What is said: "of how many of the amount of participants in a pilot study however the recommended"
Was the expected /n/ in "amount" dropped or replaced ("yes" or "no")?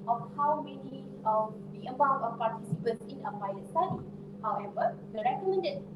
yes